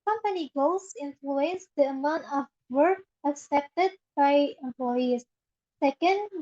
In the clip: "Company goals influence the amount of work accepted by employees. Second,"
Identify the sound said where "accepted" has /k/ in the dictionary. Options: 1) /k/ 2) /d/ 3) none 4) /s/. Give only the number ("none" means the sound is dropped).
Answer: 1